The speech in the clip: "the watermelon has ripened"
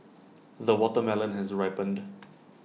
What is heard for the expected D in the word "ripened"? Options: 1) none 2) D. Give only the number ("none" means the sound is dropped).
2